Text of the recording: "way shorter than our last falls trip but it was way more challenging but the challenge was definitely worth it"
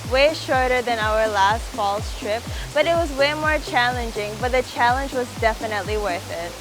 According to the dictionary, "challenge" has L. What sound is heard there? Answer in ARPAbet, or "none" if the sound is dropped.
L